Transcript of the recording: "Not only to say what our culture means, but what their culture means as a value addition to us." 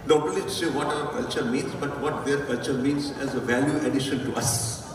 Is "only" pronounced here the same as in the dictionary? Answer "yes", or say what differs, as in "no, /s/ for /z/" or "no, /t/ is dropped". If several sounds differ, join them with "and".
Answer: no, /n/ is dropped